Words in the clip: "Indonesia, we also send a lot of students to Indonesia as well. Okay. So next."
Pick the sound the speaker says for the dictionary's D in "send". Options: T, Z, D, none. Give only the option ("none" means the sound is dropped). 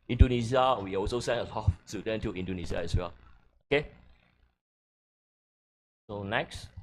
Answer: none